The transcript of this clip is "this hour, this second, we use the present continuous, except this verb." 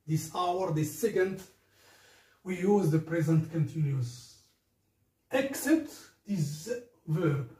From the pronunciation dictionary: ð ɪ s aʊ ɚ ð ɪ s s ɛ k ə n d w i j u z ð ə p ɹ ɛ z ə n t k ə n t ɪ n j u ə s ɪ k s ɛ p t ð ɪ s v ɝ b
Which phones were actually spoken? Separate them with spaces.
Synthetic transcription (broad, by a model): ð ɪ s aʊ ɚ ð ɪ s s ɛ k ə n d w i j u z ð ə p ɹ ɛ z ə n t k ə n t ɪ n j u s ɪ k s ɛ t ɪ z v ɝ